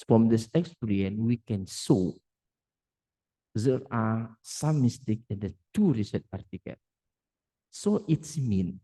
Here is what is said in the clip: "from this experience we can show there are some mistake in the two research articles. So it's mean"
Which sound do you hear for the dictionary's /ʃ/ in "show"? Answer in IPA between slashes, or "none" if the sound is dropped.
/s/